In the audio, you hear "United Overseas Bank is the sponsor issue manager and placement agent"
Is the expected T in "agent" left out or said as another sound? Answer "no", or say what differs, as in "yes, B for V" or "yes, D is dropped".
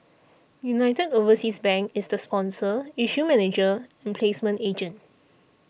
no